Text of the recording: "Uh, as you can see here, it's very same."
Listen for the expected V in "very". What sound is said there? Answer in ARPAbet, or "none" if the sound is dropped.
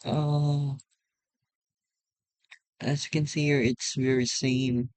V